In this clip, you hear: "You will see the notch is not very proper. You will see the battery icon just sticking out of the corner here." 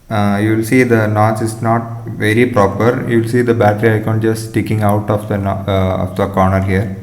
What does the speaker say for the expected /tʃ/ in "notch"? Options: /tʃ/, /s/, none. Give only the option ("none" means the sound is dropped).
/s/